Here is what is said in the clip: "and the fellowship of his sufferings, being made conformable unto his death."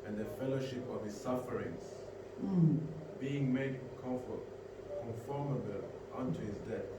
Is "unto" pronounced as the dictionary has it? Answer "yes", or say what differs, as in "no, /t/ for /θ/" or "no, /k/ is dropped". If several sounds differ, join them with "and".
yes